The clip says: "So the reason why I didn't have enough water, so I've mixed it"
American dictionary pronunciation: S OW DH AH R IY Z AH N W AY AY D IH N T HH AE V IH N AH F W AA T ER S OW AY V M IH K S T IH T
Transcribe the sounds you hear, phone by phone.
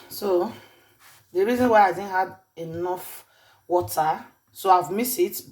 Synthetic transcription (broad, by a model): S OW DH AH R IY Z AH N W AY AY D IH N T HH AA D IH N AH F W AA T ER S OW AY V M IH S IH T